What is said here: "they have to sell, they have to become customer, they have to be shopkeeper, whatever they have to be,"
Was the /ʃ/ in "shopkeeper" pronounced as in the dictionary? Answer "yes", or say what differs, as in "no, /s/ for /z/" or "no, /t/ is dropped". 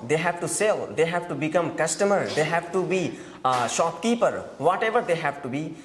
yes